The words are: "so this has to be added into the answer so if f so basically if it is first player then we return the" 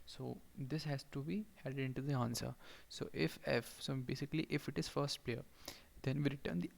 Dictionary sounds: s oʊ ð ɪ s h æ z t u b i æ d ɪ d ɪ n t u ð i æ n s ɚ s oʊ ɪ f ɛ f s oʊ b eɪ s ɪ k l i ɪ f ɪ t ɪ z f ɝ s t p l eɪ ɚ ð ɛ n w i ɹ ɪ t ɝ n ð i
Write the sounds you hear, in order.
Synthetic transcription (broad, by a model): s oʊ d ɪ s h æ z t u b i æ d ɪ d ɪ n t u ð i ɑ n s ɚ s oʊ ɪ f ɛ f s oʊ b eɪ s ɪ k l i ɪ f ɪ t ɪ z f ɝ s t p l eɪ ɚ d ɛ n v i ɹ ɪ t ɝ n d i